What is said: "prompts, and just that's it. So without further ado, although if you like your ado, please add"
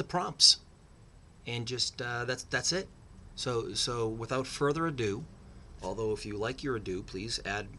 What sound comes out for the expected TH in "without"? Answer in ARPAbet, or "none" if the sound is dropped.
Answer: TH